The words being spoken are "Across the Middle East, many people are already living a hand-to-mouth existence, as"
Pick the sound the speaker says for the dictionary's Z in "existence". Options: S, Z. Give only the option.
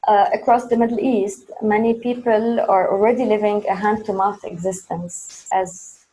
Z